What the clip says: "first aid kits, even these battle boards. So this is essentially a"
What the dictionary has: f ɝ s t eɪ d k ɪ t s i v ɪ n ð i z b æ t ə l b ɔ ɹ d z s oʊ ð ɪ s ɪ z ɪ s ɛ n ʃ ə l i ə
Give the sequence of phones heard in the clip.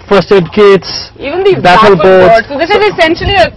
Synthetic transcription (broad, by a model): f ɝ s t eɪ d k ɪ t s i v ɪ n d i b æ t ə l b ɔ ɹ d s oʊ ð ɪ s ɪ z ɪ s ɛ n ʃ ə l i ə